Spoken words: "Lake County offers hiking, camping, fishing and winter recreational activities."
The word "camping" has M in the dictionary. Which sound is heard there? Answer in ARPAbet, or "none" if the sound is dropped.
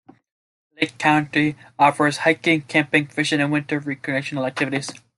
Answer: M